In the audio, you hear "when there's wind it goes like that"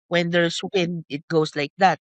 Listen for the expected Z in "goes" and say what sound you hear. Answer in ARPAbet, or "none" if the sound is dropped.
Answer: S